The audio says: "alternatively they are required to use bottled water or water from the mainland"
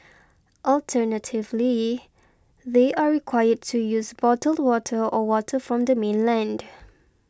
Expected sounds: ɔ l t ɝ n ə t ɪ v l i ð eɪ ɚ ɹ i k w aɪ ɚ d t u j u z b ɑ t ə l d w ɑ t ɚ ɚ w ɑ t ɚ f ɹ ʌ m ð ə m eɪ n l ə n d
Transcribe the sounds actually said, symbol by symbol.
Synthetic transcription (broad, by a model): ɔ l t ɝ n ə t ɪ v l i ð eɪ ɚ ɹ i k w aɪ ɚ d t u j u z b ɑ t ə l d w ɑ t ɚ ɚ w ɑ t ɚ f ɹ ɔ m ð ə m eɪ n l ə n d